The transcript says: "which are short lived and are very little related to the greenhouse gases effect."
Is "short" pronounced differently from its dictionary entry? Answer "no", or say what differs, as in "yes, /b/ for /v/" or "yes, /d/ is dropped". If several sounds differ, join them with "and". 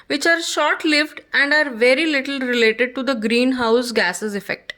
no